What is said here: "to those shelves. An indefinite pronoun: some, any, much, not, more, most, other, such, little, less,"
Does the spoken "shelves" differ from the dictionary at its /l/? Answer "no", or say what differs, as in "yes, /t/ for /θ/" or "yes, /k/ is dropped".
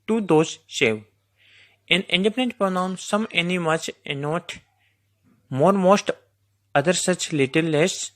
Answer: yes, /l/ is dropped